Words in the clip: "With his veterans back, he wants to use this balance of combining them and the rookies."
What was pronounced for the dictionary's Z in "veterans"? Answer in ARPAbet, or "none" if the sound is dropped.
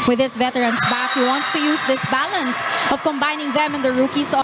S